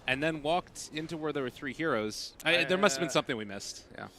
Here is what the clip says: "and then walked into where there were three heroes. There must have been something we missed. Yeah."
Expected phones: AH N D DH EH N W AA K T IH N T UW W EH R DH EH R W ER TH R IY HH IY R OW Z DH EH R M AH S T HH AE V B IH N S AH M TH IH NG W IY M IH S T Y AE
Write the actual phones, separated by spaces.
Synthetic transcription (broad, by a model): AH N DH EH N W AA K T IH N T UW W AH R DH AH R W ER TH R IY HH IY R OW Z DH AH R M AH S T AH V B IH N S AH M TH IH NG W IY M IH S T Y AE